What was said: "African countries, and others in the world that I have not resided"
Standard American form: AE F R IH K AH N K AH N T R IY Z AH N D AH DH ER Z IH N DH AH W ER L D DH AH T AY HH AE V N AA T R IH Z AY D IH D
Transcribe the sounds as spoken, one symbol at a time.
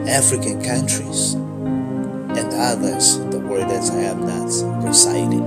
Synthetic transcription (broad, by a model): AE F R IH K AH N K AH N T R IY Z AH N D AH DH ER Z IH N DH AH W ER D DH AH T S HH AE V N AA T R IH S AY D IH